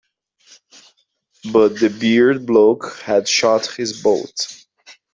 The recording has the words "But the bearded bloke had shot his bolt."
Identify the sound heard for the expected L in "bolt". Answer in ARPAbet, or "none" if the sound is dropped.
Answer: none